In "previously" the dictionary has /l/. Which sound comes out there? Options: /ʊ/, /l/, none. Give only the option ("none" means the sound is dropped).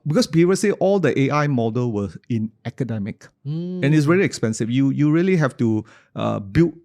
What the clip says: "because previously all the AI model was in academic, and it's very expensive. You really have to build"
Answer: none